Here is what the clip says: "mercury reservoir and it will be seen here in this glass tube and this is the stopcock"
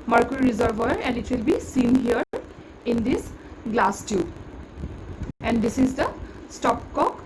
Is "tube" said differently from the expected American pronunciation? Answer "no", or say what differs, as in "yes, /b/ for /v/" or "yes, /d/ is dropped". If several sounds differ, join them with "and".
yes, /b/ is dropped